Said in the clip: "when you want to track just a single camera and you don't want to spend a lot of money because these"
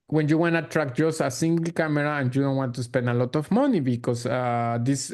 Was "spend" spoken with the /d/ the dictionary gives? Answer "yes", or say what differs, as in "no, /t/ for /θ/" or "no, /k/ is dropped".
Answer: no, /d/ is dropped